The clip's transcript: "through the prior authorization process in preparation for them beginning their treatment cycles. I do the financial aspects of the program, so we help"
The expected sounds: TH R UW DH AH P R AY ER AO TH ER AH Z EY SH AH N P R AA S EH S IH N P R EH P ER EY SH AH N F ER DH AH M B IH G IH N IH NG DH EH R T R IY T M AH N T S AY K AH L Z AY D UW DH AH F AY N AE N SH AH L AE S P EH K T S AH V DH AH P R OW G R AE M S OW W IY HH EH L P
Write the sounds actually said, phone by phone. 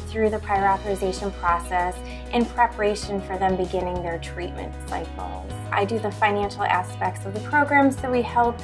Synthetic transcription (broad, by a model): TH R UW DH AH P R AY ER AO TH ER AH Z EY SH AH N P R AA S EH S IH N P R EH P ER EY SH AH N F ER DH AH M B IH G IH N IH NG DH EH R T R IY T M AH N T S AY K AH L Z AY D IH DH AH F AY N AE N SH L AE S P EH K T S AH V DH AH P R OW G R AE M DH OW W IY HH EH L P